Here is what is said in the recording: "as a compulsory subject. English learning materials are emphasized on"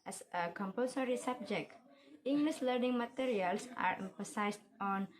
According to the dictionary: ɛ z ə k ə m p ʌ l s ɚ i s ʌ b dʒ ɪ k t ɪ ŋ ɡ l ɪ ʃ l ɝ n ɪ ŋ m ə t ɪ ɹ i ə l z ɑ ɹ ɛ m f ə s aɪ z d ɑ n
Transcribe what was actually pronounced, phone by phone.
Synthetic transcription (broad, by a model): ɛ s ə k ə m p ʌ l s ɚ i s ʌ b dʒ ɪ k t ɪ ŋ ɡ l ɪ s l ɝ n ɪ ŋ m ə t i ɹ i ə l s ɑ ɹ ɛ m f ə s aɪ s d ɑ n